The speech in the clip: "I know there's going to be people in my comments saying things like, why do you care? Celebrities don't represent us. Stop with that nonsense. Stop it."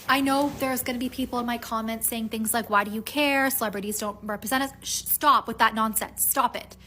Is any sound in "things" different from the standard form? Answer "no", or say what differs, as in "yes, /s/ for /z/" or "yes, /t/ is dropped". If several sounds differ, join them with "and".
no